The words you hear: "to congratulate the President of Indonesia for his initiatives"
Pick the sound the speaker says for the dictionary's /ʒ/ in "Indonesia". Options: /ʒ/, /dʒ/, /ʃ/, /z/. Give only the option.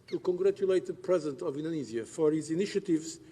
/z/